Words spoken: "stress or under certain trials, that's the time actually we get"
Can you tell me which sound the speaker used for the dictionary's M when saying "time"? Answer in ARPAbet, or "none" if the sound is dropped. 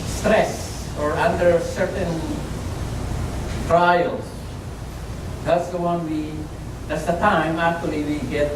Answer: M